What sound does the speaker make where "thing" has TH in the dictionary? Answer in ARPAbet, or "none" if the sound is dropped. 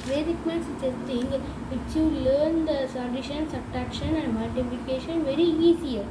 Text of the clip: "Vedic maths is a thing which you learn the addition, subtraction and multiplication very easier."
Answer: S